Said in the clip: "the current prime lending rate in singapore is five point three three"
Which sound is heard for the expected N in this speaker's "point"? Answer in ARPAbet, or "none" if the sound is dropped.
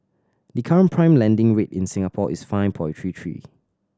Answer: none